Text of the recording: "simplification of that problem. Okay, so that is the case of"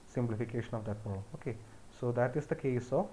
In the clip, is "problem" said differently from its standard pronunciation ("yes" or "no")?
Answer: yes